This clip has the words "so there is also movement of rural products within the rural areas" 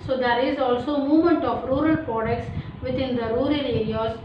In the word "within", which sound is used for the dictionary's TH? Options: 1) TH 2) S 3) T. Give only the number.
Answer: 3